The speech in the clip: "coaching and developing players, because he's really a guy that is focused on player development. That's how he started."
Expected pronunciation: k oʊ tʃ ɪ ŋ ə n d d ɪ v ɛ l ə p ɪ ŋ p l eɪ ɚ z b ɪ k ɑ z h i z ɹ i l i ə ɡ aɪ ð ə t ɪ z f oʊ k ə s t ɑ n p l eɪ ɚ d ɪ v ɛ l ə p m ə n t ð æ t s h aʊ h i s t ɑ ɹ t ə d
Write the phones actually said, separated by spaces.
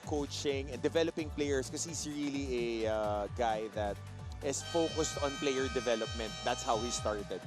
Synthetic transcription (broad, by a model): k oʊ tʃ ɪ ŋ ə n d d ɪ v ɛ l ə p ɪ ŋ p l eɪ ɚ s k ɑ s h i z ɹ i l i ə ɡ aɪ ð ə t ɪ s f oʊ k ə s t ɑ n p l eɪ ɚ d ɪ v ɛ l ə p m ə n t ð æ t s h aʊ h i s t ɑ ɹ t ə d